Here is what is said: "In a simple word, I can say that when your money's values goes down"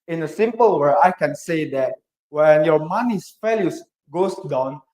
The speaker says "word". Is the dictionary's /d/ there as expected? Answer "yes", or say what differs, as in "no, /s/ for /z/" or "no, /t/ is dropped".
no, /d/ is dropped